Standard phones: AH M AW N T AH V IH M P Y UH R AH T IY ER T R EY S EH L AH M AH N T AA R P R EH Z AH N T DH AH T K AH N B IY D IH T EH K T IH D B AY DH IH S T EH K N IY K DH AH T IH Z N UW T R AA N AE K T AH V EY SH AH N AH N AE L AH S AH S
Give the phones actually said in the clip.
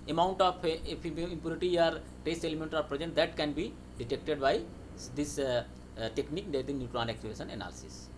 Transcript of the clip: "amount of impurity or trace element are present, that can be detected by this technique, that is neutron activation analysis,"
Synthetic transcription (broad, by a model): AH M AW N T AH P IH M P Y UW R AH T IY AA T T EY S EH L AH M AH N T AA R P R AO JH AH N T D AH T K AH N B IY D IH T EH K T IH D B AY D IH S T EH K N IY K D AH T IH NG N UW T R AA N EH K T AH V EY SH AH N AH N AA L S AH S